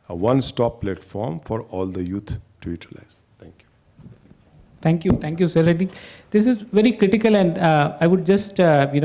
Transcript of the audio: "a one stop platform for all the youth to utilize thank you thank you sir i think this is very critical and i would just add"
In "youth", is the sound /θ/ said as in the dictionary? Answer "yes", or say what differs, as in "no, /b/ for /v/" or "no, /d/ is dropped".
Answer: no, /t/ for /θ/